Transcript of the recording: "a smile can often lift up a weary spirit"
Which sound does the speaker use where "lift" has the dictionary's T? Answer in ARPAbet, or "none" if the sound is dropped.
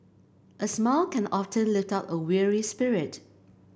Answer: T